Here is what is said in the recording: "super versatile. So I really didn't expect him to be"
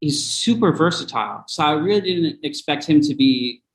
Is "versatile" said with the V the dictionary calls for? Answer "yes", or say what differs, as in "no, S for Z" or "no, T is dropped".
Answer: yes